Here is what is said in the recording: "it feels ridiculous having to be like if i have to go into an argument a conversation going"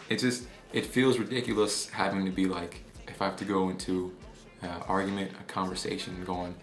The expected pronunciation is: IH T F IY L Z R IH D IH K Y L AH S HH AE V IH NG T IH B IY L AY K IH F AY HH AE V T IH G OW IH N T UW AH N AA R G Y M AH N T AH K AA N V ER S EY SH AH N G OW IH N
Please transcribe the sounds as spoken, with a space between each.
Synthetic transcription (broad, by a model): IH T F IY L Z R IH D IH K Y L AH S HH AE V IH NG T IH B IY L AY K IH F AY HH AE F T IH G OW IH N T UW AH AA R G Y M AH N T AH K AA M V ER S EY SH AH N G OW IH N